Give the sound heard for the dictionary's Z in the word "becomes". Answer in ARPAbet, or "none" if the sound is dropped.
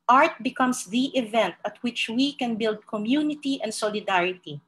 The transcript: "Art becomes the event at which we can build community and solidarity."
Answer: S